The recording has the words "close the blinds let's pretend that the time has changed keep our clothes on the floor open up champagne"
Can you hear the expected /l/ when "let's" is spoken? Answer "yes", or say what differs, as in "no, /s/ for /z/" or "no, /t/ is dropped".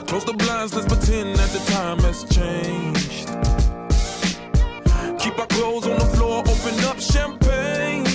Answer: no, /n/ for /l/